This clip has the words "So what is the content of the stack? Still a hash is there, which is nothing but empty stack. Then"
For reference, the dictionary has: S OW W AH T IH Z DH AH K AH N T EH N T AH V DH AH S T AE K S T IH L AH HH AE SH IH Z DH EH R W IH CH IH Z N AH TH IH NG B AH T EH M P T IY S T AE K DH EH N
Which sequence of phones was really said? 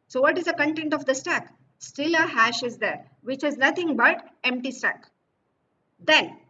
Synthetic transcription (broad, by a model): S OW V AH T IH Z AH K AH N T EH N T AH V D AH S T AE K S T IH L AH HH AE SH IH Z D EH R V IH CH IH Z N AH T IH NG B AH T EH M P T IY S T AE K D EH N